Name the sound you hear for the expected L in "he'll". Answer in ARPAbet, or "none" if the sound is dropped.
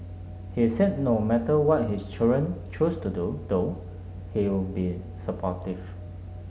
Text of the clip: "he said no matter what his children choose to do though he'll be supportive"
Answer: W